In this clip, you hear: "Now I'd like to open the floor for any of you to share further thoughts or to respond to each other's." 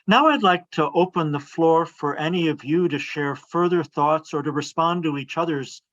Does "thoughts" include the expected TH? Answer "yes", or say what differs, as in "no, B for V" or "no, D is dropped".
yes